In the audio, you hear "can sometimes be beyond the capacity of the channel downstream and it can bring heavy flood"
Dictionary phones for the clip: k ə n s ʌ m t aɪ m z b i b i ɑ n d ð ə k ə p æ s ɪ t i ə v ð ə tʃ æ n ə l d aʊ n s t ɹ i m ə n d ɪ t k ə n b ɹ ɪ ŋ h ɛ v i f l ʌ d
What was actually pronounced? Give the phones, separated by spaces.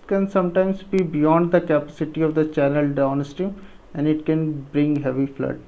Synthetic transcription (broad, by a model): k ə n s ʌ m t aɪ m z b i b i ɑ n d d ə k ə p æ s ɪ t i ə v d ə tʃ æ n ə l d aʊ n s t i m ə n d ɪ t k ə n b ɹ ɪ ŋ h ɛ v i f l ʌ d